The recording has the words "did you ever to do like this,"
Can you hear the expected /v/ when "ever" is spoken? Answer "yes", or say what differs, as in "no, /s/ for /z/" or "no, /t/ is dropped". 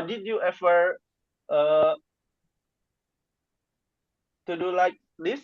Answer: no, /f/ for /v/